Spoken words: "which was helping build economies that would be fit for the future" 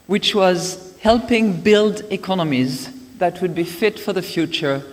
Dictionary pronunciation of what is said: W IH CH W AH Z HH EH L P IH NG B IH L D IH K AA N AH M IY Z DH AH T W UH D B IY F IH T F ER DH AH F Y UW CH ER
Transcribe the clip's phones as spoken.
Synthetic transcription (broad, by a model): W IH CH W AH Z HH EH L P IH NG B IH L D IH K AA N AH M IY Z DH AH T W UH D B IY F IH T F ER DH AH F Y UW CH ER